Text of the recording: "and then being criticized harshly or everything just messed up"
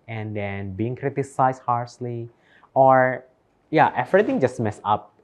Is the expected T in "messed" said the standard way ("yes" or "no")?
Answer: no